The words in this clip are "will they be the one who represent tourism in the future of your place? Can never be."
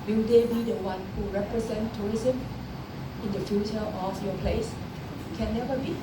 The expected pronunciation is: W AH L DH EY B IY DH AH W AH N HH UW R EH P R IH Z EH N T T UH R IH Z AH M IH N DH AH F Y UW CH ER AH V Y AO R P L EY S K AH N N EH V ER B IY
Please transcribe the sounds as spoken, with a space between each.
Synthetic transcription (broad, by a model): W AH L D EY B IY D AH W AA N HH UW R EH P R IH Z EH N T T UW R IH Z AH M IH N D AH F Y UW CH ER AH F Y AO P L EY S K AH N N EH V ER B IY